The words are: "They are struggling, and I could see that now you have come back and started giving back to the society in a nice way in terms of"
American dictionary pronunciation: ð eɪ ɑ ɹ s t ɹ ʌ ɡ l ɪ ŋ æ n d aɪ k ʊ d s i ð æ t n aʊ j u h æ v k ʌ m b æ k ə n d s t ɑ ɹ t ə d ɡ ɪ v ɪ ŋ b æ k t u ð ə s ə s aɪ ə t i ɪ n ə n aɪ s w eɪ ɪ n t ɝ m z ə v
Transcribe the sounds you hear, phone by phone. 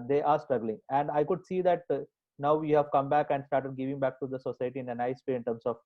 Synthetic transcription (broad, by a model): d eɪ ɑ ɹ s t ɹ ʌ ɡ l ɪ ŋ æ n d aɪ k ʊ d s i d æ t n aʊ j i h æ v k ʌ m b æ k ə n d s t ɑ ɹ t ə d ɡ ɪ v ɪ ŋ b æ k t u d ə s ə s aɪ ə t i ɪ n ə n aɪ s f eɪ ɪ n t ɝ m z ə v